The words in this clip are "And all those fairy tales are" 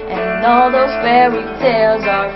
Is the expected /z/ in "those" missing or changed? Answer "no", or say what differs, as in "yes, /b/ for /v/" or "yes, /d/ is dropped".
no